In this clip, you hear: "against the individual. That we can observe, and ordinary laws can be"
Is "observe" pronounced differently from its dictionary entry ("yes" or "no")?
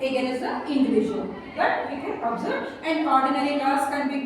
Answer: yes